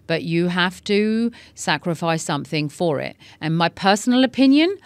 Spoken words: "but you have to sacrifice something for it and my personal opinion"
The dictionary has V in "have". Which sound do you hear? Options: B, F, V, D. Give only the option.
F